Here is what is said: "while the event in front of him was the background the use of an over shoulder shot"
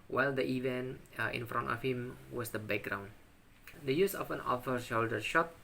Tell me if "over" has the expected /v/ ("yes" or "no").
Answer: no